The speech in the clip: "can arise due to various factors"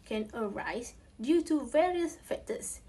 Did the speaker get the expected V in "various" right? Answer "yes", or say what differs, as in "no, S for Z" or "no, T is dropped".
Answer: yes